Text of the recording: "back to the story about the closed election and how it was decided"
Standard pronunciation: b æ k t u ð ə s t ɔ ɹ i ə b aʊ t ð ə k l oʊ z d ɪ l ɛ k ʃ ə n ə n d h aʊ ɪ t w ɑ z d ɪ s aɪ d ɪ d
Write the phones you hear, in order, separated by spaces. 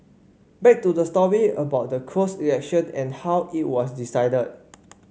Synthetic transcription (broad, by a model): b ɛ k t u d ə s t ɔ ɹ i ə b aʊ t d ə k oʊ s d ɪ ɛ k ʃ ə n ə n h aʊ ɪ t w ɑ s d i s aɪ d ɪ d